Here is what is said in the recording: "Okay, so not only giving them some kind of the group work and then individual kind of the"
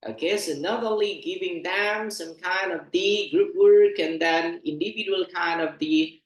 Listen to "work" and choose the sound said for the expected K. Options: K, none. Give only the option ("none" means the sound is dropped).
K